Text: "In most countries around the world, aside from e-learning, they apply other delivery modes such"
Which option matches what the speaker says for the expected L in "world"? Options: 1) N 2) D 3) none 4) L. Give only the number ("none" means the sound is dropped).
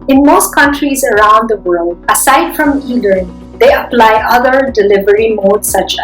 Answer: 4